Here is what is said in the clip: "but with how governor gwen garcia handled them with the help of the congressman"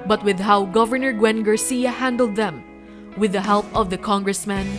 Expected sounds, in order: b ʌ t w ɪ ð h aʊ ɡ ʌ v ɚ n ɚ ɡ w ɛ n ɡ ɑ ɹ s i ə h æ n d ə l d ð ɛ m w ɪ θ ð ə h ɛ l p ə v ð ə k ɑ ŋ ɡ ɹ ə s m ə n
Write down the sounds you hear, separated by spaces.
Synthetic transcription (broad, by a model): b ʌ t w ɪ ð h aʊ ɡ ʌ v ɚ n ɚ ɡ w ɛ n ɡ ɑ ɹ s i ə h æ n d ə l d ð ɛ m w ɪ ð ə h ɛ l p ə v ð ə k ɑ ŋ ɡ ɹ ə s m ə n